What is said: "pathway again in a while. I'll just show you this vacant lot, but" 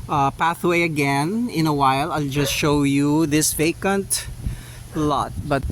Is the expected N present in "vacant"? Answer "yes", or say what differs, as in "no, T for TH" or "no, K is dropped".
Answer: yes